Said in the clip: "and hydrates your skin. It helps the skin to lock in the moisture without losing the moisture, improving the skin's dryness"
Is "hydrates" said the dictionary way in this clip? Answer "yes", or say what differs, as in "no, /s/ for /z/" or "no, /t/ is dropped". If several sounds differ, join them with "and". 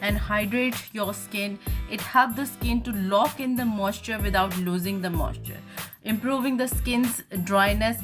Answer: no, /s/ is dropped